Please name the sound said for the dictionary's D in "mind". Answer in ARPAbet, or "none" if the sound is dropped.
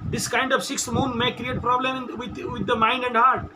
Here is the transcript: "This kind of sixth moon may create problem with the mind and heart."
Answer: D